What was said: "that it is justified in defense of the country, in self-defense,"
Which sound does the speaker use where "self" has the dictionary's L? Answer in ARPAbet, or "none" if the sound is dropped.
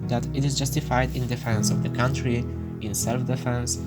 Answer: L